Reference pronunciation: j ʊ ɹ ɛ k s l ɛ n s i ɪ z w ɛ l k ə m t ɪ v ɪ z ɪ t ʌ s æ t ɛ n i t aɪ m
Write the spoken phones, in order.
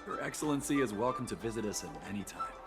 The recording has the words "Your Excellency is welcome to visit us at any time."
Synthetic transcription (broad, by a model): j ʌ ɹ ɛ k s l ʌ n s i ɪ z w ɛ l k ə m t ɪ v ɪ z ɪ t ʌ s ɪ t ɛ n i t aɪ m